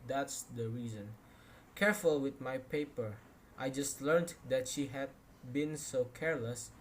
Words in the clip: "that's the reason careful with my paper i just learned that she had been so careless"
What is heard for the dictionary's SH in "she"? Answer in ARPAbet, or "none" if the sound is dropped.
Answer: SH